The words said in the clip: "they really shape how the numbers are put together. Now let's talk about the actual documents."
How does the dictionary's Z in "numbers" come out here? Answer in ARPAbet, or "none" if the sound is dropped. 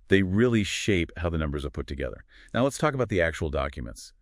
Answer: Z